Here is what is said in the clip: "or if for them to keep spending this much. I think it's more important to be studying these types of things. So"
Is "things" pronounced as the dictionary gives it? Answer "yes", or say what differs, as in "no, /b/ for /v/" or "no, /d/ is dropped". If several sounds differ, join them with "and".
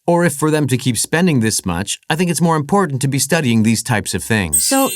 yes